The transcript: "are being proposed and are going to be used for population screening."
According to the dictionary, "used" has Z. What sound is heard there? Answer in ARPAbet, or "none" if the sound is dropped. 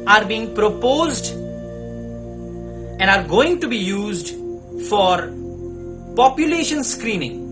Z